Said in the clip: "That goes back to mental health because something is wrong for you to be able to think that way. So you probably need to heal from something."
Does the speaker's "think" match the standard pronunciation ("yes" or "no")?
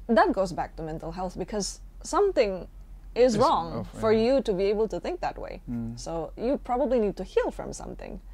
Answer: yes